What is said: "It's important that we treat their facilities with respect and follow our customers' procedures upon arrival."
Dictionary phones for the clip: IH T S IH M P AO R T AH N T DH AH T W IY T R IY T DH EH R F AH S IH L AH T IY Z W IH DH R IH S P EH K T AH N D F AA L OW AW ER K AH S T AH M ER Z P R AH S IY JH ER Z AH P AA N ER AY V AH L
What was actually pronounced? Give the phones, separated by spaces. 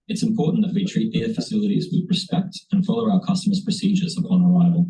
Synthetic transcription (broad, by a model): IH T S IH M P AO R T N DH AH T W IY T R IY T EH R F AH S IH L AH T IY Z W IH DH R IH S P EH K T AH N F AA L OW AW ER K AH S T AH M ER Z P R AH S IY JH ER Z AH P AA N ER AY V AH L